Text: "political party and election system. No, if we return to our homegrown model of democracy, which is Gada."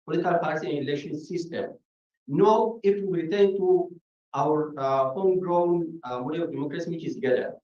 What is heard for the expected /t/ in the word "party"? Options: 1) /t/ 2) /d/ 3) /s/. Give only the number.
3